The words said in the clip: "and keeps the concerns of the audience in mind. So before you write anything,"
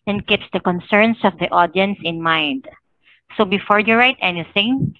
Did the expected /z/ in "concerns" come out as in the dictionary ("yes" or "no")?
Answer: no